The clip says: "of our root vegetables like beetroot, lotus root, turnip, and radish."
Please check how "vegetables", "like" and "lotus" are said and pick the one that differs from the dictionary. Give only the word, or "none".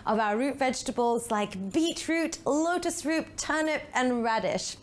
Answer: none